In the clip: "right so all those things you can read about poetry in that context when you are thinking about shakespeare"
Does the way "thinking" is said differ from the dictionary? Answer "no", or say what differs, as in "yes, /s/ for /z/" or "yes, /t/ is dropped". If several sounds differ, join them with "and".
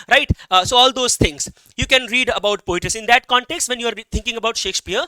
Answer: yes, /t/ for /θ/